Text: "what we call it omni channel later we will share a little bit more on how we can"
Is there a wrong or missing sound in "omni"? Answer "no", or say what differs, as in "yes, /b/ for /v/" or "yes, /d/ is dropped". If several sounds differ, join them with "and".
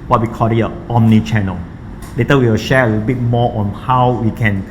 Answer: no